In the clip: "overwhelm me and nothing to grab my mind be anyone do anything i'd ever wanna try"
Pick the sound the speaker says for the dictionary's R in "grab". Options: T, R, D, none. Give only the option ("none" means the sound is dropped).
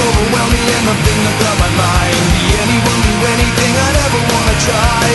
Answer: none